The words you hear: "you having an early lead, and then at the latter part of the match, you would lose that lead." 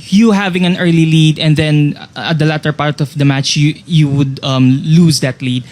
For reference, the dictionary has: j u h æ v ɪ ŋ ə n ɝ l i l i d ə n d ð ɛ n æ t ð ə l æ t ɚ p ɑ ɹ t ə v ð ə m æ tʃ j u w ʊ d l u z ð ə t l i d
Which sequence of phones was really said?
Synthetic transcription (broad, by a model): j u h æ v ɪ ŋ ə n ɝ l i l i d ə n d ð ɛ n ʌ t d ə l æ t ɚ p ɑ ɹ t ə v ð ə m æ tʃ j u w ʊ d l u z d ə t l i d